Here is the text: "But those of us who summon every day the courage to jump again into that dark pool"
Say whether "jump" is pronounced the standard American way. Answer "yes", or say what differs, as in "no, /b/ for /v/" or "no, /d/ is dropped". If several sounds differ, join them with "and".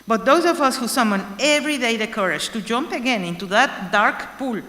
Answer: yes